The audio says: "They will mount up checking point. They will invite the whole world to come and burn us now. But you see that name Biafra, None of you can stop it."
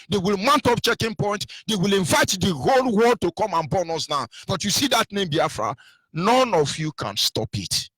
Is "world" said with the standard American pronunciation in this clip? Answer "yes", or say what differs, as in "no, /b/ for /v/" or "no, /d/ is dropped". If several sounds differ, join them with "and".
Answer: no, /l/ is dropped